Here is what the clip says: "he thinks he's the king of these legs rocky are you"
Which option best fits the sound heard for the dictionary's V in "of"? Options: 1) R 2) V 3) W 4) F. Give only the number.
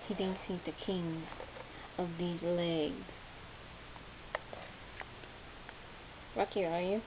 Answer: 2